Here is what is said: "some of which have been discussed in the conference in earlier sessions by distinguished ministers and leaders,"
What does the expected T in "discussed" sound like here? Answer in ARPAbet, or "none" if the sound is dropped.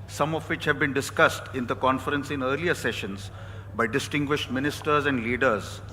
T